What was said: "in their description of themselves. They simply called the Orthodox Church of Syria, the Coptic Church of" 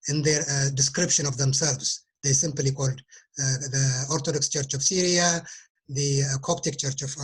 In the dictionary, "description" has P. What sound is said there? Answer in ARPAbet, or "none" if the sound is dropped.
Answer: P